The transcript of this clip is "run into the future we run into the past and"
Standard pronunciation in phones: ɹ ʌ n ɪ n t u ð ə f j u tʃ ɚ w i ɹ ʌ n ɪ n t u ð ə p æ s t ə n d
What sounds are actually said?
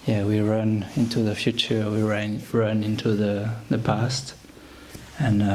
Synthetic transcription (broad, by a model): ɹ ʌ n ɪ n t u ð ə f j u tʃ ɚ w i ɹ ʌ n ɪ n t u ð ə p æ s t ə n